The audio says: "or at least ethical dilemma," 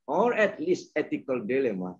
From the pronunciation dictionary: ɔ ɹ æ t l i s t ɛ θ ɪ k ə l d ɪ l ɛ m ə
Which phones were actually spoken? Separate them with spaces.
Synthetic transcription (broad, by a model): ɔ ɹ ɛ t l i s t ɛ t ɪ k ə l d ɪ l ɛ m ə